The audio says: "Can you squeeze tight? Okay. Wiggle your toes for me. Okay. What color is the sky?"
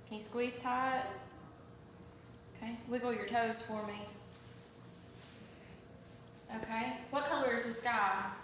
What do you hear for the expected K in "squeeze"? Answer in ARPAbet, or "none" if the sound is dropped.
K